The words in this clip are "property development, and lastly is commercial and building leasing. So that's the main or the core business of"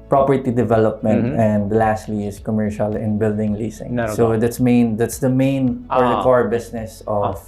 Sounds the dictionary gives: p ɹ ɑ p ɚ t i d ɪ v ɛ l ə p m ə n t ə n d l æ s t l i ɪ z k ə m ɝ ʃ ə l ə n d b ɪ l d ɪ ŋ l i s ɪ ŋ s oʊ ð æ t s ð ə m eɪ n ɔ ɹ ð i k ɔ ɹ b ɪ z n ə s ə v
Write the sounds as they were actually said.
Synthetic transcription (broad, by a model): p ɹ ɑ p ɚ t i d ɪ v ɛ l ə p m ə n t ə n d l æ s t l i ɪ s k ə m ɝ ʃ ə l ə n b ɪ l d ɪ ŋ l i s ɪ ŋ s oʊ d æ t s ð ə m eɪ n ɔ ɹ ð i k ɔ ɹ b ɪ s n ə s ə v